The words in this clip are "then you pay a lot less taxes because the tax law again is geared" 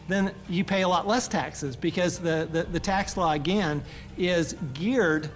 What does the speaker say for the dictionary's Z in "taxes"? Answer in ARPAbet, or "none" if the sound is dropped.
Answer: Z